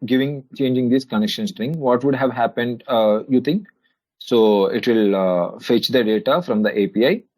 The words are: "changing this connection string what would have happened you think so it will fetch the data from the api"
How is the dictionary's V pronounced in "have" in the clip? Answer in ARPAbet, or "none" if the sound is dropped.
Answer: V